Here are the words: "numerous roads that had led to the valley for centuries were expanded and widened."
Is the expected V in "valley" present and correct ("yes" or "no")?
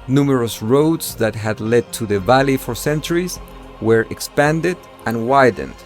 yes